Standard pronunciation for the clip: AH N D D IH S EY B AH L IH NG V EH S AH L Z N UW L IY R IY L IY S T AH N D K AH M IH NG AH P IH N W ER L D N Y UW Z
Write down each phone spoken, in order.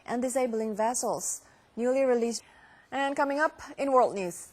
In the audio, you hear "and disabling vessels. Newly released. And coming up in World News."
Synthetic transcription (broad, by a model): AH N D D IH S EY B AH L IH NG V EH S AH L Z N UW L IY R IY L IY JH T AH N K AH M IH NG AH P IH N W ER L D N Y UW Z